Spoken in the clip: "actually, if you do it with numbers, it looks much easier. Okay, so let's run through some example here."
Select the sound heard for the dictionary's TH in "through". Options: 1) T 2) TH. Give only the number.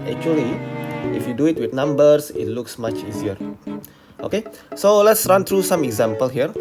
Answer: 1